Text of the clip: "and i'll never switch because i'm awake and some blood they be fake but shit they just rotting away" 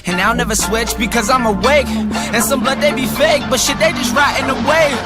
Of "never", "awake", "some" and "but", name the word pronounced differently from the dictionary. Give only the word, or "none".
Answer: none